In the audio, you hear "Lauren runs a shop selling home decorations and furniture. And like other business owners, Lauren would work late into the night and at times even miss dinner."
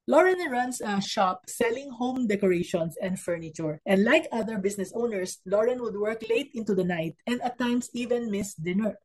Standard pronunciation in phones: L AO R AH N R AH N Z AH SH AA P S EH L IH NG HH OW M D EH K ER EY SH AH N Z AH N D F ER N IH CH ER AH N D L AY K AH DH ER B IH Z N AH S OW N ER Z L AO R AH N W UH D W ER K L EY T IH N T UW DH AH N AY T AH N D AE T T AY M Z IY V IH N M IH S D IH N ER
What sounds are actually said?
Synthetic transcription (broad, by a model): L AO R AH N R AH N S AH SH AA P S EH L IH NG HH OW M D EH K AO EY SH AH N S AH N D F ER N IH CH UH AH N D L AY K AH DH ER B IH S N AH S OW N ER S L AO R AH N W UH D W ER K L EY T IH N T UW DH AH N AY T AH N D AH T T AY M S IY V IH N M IH S D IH N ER